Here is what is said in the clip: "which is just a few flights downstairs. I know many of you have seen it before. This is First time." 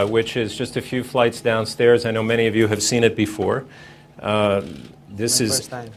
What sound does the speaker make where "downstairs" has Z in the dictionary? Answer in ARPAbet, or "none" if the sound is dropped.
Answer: Z